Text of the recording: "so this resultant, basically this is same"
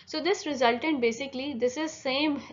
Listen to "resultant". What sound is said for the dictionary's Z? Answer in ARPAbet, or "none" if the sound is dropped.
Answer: Z